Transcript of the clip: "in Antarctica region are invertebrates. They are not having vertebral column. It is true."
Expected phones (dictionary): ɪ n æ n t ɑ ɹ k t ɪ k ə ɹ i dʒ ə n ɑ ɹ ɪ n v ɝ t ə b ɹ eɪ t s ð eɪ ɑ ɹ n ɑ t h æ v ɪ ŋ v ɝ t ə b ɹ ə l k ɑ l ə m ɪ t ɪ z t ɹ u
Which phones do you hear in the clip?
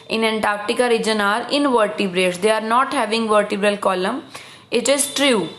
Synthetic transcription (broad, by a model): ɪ n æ n t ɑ ɹ k t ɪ k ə ɹ i dʒ ə n ɑ ɹ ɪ n v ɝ t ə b ɹ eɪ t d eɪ ɑ ɹ n ɑ t h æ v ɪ ŋ v ɝ t ə b ɹ ə l k ɑ l ə m ɪ t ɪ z t ɹ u